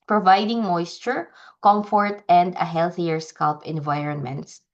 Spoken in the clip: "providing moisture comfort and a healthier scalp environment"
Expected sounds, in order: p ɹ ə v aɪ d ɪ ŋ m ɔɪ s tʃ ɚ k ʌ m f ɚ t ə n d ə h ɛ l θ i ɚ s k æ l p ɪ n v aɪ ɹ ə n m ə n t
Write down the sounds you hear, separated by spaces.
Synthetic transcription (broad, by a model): p ɹ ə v aɪ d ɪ ŋ m ɔɪ s tʃ ɚ k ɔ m f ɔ t ə n d ə h ɛ l θ i ɚ s k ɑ l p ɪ n v aɪ ɹ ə n m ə n t